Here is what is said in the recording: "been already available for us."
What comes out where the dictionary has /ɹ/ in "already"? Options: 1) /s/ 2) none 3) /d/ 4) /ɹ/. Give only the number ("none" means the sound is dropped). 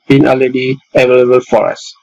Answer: 2